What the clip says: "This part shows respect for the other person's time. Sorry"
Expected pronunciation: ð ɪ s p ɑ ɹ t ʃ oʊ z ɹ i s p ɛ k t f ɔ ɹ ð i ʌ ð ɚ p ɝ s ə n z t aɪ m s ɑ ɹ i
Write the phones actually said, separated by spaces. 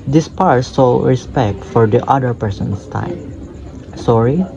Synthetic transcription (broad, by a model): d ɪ s p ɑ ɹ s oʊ ɹ i s p ɛ k t f ɔ ɹ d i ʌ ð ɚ p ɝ s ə n s t aɪ m s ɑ ɹ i